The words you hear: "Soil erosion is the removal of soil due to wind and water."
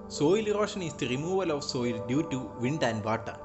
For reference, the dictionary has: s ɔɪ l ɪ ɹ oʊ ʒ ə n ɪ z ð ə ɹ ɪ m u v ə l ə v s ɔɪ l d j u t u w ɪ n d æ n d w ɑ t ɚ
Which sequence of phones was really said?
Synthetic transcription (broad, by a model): s ɔɪ l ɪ ɹ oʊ ʃ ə n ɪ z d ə ɹ ɪ m u v ə l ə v s ɔɪ l d j u t u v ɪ n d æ n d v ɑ t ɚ